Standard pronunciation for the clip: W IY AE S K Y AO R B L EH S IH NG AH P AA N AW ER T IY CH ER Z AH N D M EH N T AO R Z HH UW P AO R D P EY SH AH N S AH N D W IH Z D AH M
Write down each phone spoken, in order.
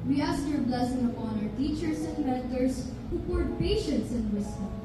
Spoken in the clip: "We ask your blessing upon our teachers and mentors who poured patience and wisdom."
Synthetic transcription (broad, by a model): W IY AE S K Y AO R B L EH S IH NG AH P AA N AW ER T IY CH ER S AH N D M EH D T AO R S HH UW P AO R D P EY SH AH N S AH N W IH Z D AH